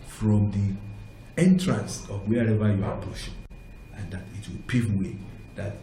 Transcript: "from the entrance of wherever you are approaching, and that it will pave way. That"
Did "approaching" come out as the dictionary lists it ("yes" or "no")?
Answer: no